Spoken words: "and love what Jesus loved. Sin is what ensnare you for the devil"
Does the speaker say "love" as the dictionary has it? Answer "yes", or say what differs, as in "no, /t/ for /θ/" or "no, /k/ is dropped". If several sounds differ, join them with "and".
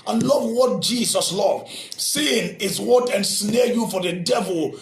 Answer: yes